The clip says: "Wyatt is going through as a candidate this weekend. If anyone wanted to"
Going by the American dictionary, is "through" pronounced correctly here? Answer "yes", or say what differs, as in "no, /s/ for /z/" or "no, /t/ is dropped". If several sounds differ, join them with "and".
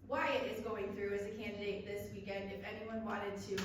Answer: yes